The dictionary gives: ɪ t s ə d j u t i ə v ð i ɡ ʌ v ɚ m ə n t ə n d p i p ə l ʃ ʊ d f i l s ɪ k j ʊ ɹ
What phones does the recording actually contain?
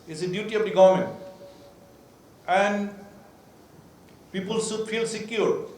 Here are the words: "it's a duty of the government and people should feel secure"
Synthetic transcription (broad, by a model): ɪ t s ə d j u t i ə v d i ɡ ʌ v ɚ m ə n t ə n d p i p ə l s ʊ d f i l s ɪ k j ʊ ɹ